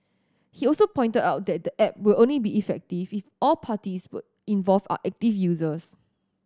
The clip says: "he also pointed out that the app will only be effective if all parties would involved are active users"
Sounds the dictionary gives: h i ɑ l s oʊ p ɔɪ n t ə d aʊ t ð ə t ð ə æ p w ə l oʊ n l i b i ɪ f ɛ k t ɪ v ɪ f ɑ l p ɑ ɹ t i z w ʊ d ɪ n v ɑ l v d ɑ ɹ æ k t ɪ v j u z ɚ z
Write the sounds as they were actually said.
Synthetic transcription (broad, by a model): h i ɑ l s oʊ p ɔɪ n t ə d aʊ t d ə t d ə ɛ p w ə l oʊ n l i b i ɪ f ɛ k t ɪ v ɪ f ɑ l p ɑ t i s w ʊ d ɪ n v ɑ l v ɑ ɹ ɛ k t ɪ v j u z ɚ s